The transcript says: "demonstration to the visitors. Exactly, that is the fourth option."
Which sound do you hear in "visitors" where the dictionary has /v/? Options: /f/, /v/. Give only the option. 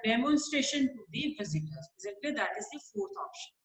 /f/